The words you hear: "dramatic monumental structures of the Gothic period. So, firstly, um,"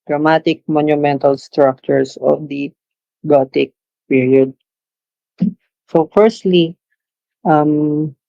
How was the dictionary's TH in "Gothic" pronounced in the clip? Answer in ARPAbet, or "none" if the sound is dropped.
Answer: T